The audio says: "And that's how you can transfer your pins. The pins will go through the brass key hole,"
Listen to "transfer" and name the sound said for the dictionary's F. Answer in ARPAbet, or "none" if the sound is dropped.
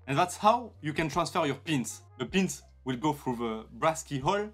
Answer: F